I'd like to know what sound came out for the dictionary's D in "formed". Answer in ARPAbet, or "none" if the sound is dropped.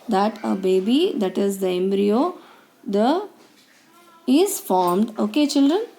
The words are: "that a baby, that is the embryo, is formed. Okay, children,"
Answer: D